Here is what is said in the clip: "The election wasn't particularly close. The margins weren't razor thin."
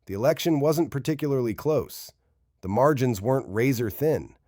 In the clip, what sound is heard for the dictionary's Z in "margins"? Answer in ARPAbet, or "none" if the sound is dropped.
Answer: Z